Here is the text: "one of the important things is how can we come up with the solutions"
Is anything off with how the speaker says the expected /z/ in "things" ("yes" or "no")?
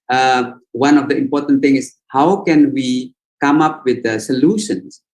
yes